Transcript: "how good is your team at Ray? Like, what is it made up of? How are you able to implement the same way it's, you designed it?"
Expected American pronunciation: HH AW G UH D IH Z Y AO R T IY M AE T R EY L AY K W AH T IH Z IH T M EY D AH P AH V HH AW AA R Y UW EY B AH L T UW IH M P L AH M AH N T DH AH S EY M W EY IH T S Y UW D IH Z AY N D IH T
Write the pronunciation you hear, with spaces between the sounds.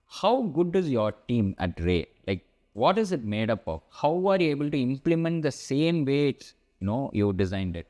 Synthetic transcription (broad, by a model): HH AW G UH D IH Z Y AO R T IY M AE T R EY L AY K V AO T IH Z IH T M EY D AH P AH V HH AW AA R Y UW EY B AH L T UW IH M P L AH M AH N T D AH S EY M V EY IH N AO Y UW D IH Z AY N D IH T